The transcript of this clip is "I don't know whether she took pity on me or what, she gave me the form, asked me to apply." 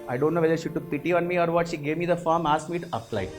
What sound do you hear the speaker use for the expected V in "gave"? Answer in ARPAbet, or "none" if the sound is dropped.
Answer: V